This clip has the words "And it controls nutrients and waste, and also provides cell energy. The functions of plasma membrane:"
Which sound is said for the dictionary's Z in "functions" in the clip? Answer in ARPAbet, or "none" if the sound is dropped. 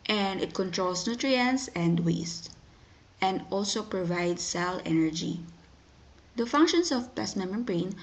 S